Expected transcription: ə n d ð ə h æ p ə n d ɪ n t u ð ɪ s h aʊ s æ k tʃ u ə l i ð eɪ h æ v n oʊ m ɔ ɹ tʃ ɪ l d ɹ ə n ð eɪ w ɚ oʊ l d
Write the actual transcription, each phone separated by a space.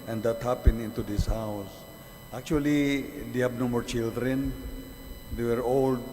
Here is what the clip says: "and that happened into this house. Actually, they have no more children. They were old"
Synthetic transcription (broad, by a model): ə n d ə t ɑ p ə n ɪ n t u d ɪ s h aʊ s æ k tʃ u ə l i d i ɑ b n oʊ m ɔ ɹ tʃ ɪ l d ɹ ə n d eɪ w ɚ oʊ l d